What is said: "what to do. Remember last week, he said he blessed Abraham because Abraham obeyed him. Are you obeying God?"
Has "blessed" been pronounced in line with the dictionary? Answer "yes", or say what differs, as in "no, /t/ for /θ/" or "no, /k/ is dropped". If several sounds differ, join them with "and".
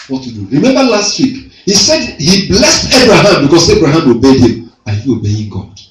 yes